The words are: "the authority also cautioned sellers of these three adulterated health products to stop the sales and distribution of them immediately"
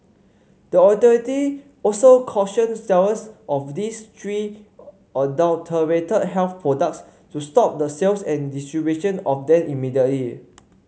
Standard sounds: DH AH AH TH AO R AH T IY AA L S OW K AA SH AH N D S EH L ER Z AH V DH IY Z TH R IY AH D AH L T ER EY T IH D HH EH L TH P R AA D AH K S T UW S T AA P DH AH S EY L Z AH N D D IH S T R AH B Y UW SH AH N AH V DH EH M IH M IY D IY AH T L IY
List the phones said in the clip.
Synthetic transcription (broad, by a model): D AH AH T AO R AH T IY AA L S OW K AA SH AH N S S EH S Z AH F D IY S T R IY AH D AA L T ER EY T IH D HH EH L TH P R AA D AH K S T UW S T AA P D AH S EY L S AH N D D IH S T R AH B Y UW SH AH N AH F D EH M IH M IY D IY AH T L IY